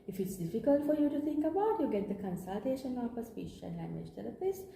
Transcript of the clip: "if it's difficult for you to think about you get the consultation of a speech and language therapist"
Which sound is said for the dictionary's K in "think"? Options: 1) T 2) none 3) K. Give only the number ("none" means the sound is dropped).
3